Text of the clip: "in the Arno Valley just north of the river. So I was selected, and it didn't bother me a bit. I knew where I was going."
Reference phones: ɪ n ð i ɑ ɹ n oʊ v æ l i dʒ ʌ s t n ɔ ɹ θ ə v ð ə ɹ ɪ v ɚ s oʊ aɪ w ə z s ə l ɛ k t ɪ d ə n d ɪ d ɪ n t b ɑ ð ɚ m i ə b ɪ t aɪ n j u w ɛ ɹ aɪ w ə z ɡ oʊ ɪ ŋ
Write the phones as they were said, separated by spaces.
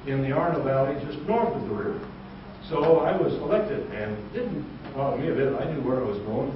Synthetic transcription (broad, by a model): ɪ n ð i ɑ ɹ n oʊ v æ l i dʒ ʌ s t n ɔ ɹ θ ə v ð ə ɹ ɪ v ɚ s oʊ aɪ w ə z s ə l ɛ k t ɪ d ə n d ɪ d n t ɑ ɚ m i ə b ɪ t aɪ n j u w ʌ ɹ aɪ w ə z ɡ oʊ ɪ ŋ